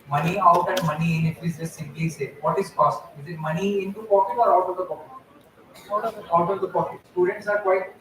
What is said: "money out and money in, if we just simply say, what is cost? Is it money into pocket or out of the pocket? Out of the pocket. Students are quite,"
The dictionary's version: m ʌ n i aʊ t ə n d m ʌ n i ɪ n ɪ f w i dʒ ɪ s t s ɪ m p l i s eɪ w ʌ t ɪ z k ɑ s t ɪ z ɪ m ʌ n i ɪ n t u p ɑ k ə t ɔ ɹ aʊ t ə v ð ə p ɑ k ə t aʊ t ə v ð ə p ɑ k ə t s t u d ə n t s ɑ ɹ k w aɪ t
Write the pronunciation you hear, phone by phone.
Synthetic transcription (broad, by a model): m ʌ n i aʊ t ə n d m ʌ n i ɪ n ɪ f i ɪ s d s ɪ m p l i s eɪ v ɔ t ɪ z k ɑ s t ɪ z ɪ m ʌ n i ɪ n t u p ɑ k ə t ɔ ɹ aʊ t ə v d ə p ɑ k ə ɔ aʊ t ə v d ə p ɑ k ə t s t u d ə n t s ɑ ɹ k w aɪ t